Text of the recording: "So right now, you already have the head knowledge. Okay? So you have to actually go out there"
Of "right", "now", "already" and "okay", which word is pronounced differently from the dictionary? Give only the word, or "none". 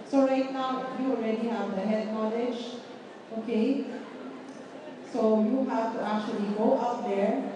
none